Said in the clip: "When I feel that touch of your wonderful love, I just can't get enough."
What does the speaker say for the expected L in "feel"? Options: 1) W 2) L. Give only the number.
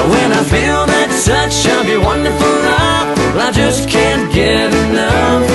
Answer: 2